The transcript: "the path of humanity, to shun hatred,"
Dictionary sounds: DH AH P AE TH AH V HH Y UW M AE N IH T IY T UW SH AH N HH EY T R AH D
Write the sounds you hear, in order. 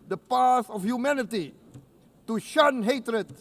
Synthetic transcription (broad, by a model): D AH P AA S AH F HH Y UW M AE N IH T IY T UW SH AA N HH EY T R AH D